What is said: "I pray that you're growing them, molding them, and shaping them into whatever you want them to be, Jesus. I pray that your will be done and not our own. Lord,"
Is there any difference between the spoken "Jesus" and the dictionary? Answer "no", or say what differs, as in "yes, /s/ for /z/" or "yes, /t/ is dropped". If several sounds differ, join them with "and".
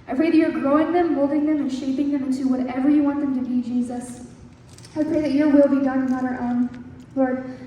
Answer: no